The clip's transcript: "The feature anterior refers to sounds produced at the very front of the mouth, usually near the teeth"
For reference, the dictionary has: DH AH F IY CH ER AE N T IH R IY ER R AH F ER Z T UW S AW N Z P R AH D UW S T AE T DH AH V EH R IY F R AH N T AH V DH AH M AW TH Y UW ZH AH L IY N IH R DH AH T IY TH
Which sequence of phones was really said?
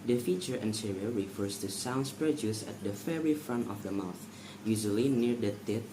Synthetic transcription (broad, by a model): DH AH F IY CH ER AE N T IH R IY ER R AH F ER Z T UW S AW N S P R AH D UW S AE T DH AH F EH R IY F R AH N T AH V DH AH M AW TH Y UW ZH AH L IY N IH R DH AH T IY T